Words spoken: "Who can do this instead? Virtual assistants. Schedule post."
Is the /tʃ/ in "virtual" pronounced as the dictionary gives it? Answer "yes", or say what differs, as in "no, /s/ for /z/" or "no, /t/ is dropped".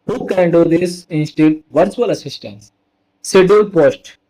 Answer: no, /s/ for /tʃ/